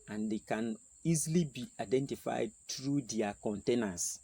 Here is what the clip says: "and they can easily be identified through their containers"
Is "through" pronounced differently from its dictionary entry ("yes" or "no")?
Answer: yes